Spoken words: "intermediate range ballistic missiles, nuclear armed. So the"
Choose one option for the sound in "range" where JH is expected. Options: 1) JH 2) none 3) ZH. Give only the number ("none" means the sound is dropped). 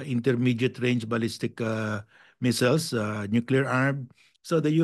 1